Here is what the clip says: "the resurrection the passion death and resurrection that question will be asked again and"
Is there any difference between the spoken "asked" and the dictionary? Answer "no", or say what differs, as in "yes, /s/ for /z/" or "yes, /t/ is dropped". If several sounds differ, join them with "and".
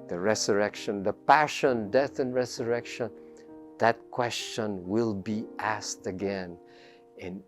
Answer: no